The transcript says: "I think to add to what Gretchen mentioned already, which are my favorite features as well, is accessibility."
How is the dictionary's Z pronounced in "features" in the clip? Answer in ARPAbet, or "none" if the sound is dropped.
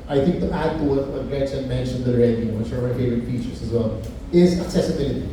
S